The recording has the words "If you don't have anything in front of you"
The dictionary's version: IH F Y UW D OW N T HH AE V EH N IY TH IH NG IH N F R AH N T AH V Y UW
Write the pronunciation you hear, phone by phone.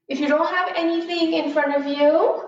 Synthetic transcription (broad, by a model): IH F Y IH D OW N T HH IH V EH N IY TH IH NG IH N F R AH N T AH V Y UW